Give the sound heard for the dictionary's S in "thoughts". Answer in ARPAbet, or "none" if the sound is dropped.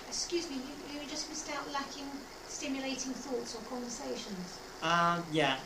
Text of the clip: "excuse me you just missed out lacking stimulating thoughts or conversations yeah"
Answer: S